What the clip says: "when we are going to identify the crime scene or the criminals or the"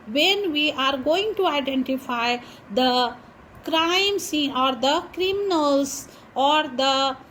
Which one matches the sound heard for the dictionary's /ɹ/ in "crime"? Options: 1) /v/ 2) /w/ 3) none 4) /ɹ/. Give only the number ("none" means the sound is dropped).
4